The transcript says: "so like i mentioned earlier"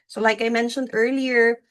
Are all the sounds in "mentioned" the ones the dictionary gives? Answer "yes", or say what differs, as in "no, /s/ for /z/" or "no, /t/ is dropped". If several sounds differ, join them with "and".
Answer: yes